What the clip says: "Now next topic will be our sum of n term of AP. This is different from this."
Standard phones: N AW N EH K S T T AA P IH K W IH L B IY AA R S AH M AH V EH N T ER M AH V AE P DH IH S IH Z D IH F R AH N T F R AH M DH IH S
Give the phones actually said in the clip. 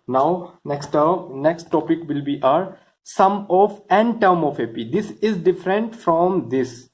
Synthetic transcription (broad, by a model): N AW N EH K S T T AA P IH K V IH L B IY AA R S AH M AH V EH N T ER M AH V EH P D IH S IH Z D IH F R AH N T F R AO M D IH S